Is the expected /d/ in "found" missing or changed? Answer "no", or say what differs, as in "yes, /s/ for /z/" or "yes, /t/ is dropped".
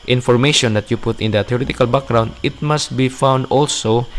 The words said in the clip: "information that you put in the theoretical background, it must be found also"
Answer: no